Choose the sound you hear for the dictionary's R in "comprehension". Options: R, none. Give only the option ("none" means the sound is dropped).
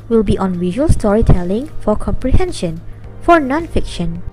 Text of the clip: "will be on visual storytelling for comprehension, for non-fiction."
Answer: R